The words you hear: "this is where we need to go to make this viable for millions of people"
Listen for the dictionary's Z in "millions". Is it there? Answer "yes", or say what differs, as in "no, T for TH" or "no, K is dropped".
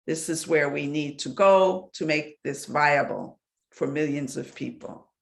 yes